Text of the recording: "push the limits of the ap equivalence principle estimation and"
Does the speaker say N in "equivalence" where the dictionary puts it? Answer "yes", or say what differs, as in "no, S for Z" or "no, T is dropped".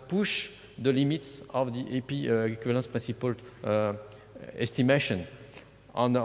no, N is dropped